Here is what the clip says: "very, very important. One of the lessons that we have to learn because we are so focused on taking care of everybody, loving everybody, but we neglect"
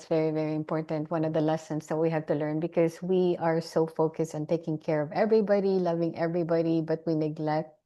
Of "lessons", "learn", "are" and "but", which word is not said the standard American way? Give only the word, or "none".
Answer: lessons